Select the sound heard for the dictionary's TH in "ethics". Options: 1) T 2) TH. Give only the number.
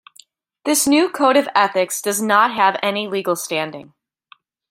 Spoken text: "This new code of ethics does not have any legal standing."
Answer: 2